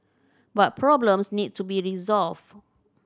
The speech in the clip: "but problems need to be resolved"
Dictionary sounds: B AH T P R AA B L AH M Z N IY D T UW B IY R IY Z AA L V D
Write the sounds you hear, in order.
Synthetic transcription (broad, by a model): B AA T P R AA B L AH M S N IY D T UW B IY R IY Z AA L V